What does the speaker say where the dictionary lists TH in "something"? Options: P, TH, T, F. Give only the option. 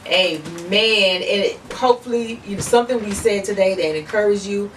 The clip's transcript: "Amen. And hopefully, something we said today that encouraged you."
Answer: TH